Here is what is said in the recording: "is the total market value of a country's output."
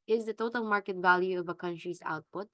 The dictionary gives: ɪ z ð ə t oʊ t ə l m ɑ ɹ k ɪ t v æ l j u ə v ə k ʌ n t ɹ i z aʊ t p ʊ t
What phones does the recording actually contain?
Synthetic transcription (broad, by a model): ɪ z ð ə t oʊ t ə l m ɑ ɹ k ɪ t v æ l j u ə v ə k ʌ n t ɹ i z aʊ t p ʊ t